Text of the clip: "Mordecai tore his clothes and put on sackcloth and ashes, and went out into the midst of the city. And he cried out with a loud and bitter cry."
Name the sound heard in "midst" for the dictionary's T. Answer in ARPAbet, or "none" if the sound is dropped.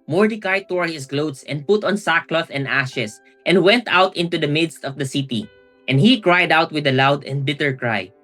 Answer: T